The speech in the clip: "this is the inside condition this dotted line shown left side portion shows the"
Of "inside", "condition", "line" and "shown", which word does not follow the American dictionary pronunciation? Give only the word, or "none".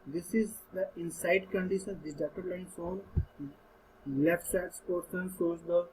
shown